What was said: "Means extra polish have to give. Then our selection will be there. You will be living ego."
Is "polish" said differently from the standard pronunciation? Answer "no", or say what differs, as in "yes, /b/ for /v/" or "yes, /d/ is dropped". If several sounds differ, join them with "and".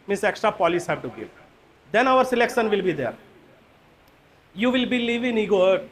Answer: yes, /s/ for /ʃ/